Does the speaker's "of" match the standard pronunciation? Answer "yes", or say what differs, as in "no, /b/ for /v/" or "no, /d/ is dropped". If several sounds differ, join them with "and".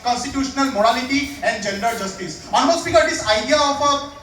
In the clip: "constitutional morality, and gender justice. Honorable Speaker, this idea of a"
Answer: no, /p/ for /v/